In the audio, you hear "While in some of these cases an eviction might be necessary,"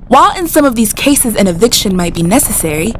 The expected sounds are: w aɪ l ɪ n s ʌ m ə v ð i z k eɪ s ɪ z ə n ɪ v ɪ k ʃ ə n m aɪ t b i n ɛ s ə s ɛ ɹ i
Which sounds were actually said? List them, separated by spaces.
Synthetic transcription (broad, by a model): w aɪ l ɪ n s ʌ m ə v ð i z k eɪ s ɪ z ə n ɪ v ɪ k ʃ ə n m aɪ t b i n ɛ s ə s ɛ ɹ i